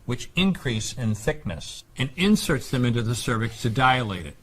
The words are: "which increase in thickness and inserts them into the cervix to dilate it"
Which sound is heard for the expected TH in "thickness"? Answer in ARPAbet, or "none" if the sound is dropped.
TH